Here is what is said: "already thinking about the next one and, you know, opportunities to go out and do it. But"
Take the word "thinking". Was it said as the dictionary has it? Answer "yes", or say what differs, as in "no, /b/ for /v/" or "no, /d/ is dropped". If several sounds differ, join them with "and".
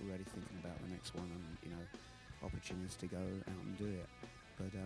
yes